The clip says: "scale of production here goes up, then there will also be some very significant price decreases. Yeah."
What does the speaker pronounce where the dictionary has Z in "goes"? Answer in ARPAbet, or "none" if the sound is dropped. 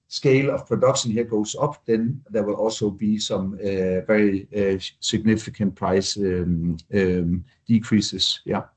S